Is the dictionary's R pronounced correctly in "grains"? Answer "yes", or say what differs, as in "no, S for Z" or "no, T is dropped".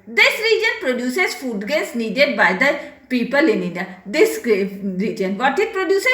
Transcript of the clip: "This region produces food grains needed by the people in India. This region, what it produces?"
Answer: no, R is dropped